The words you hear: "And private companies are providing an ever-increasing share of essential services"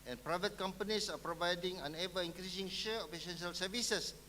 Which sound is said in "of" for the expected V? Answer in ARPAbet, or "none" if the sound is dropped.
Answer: P